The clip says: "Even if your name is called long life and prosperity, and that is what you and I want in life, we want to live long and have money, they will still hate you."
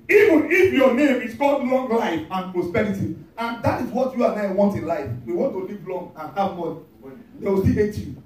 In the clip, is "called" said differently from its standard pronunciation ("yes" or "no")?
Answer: yes